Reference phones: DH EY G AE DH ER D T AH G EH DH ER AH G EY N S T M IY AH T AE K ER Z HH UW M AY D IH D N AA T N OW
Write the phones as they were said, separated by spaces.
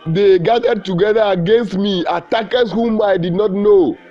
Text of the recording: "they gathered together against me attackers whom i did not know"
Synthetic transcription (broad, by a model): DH EY G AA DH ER D T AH G EH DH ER AH G EY N S T M IY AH T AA K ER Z HH UW M AY D IH D N AA T N OW